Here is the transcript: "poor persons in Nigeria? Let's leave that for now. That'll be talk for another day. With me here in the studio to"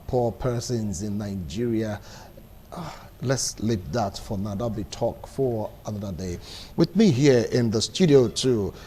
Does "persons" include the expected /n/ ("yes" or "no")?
yes